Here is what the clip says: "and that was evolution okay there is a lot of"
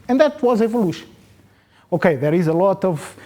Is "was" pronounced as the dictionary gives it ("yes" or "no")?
yes